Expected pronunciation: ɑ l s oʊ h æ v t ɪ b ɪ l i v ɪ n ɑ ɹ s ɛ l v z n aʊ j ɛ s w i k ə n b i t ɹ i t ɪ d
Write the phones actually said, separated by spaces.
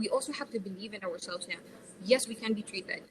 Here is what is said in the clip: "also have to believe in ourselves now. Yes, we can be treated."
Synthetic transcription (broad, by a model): ɑ l s oʊ h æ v t ɪ b ɪ l i v ɪ n ɑ ɹ s ɛ l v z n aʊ j ɛ s w i k ə n b i t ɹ i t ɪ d